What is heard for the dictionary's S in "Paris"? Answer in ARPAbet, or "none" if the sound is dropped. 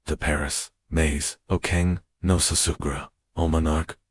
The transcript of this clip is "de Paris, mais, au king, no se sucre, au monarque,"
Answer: S